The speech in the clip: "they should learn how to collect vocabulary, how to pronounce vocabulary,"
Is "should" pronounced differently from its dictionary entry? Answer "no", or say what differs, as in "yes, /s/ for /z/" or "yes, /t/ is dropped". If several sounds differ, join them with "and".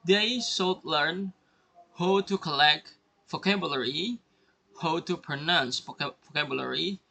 yes, /s/ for /ʃ/